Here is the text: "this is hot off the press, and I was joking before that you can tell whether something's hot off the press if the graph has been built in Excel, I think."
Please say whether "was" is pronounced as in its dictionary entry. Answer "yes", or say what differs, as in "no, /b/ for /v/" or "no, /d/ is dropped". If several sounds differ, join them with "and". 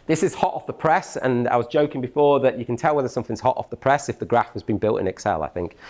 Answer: yes